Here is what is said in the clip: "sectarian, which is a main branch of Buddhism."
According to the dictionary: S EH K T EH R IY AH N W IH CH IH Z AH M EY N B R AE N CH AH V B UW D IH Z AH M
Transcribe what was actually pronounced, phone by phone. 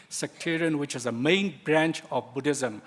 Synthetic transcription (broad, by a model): S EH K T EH R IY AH N W IH CH IH Z AH M EY N B R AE N CH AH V B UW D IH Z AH M